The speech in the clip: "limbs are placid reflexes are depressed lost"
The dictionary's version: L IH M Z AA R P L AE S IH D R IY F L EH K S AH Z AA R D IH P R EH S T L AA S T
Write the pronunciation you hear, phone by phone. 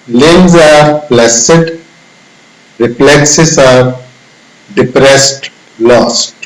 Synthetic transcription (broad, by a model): L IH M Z AA R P L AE S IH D R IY P L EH K S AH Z AA R D IH P R EH S T L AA S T